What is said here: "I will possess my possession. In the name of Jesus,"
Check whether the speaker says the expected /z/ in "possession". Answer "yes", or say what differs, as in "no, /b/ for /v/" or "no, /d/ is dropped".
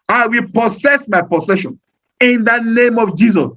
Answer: no, /s/ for /z/